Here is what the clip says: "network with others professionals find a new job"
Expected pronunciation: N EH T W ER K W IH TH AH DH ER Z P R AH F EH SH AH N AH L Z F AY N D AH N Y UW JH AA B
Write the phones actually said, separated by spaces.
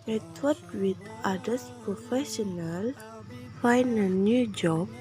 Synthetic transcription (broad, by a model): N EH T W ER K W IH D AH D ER S P R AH F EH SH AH N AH L F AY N AH N Y UW JH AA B